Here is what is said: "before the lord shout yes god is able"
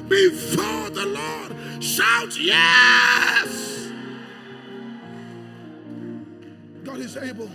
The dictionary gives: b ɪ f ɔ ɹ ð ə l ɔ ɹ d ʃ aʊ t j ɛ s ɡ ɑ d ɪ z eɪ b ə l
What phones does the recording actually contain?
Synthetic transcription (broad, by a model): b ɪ f ɔ ɹ ð ə l ɔ ɹ d ʃ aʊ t j ɛ s ɡ ɑ d ɪ z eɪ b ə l